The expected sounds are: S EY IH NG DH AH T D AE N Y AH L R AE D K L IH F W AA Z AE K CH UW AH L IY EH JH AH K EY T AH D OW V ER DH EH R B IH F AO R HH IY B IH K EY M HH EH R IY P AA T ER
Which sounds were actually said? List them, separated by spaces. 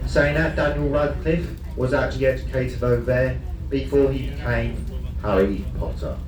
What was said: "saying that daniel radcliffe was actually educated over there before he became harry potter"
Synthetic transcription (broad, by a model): S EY IH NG DH AH T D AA N Y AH L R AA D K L IH F W AA Z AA K CH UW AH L IY EH JH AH K EY T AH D OW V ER DH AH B IH F AO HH IY B IH K EY M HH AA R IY P AA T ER